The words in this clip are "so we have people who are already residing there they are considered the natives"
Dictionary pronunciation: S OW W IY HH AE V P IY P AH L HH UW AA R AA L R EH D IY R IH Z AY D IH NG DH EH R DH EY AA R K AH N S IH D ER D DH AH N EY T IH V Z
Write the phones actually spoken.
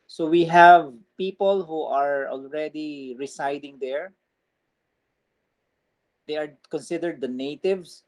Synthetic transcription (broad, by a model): S OW W IY HH AE V P IY P AH L HH UW AA R AA L R EH D IY R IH S AY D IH NG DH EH R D EY AA R K AH N S IH D ER D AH N EY T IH V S